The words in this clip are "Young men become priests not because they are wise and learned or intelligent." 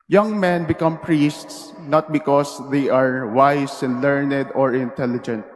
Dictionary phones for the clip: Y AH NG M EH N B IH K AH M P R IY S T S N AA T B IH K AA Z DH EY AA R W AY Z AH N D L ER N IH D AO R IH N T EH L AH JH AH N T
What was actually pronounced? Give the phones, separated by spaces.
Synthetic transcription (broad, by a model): Y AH NG M EH N B IH K AH M P R IY S T S N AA T B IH K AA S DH EY AA R W AY S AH N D L ER N IH D AO R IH N T EH L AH JH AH N T